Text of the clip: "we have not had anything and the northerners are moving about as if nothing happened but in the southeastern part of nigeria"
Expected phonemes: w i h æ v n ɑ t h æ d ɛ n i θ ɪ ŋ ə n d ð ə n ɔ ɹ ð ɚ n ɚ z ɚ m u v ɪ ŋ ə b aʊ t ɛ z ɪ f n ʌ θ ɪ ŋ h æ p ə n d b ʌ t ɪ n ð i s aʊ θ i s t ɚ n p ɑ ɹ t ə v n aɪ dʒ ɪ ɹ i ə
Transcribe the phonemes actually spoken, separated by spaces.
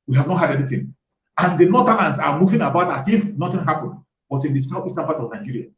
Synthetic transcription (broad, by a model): w i h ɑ v n ɑ t h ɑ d ɛ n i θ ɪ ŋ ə n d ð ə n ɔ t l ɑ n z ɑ m u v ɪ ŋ ə b aʊ t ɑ s ɪ f n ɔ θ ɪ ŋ h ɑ p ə n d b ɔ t ɪ n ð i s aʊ f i s t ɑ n p ɑ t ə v n aɪ dʒ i ɹ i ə